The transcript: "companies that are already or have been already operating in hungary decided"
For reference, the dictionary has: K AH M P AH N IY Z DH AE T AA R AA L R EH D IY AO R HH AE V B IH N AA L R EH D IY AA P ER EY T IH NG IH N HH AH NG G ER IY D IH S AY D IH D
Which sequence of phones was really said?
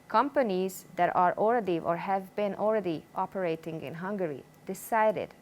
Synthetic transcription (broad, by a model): K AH M P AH N IY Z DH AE T AA R AA L R EH D IY AO R HH AE V B IH N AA L R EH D IY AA P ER EY T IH NG IH N HH AH NG G ER IY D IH S AY D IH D